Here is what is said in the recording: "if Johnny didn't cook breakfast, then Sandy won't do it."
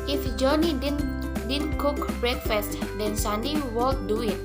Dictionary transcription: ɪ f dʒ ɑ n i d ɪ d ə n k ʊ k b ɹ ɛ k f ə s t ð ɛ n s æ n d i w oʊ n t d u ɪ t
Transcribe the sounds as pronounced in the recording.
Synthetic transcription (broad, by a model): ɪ f dʒ ɑ n i d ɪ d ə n k ʊ k b ɹ ɛ k f ə s t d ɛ n s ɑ n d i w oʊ l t d u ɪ t